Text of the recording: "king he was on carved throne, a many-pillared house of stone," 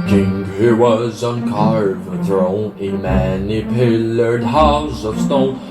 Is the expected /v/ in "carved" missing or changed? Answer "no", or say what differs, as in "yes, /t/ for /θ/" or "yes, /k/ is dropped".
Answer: yes, /v/ is dropped